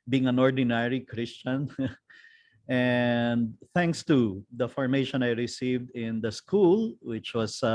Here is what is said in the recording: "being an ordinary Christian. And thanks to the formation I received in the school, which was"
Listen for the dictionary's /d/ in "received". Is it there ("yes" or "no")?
yes